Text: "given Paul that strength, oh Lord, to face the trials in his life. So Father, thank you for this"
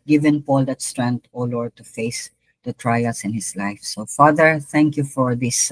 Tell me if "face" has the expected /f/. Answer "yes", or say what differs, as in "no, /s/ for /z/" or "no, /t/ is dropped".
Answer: yes